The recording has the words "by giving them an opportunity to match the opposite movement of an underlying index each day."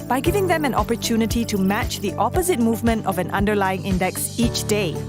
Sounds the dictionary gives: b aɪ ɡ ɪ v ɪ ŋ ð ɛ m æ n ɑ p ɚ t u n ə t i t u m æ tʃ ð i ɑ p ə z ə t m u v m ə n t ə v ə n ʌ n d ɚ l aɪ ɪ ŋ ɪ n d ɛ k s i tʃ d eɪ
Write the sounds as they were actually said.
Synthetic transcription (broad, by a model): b aɪ ɡ ɪ v ɪ ŋ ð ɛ m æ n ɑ p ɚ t u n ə t i t u m æ tʃ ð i ɑ p ə z ə t m u v m ə n t ə v ə n ʌ n d ɚ l aɪ ɪ ŋ ɪ n d ɛ k s i tʃ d eɪ